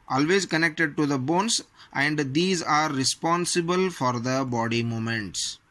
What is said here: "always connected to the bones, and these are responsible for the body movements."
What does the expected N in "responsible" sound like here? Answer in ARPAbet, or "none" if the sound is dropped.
N